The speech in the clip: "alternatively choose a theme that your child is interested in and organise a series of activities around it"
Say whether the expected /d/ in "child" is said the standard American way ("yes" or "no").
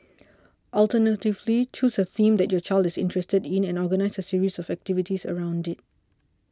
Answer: yes